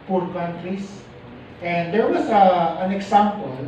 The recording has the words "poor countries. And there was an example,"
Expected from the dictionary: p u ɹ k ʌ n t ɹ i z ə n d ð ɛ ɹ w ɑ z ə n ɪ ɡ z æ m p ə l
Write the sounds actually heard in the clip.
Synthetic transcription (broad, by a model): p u ɹ k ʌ n t ɹ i s ə n d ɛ ɹ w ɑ s ə n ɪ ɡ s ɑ m p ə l